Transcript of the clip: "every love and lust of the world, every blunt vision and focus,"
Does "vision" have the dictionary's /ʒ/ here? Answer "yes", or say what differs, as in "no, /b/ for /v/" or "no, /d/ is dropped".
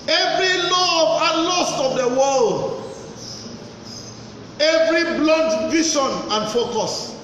no, /ʃ/ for /ʒ/